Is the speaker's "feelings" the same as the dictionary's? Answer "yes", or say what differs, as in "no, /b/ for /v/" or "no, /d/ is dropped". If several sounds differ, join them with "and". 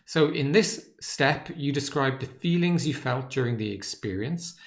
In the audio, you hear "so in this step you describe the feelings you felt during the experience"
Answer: yes